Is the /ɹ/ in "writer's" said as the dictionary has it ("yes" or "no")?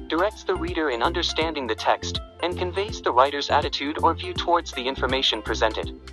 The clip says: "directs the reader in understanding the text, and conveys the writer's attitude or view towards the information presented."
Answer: yes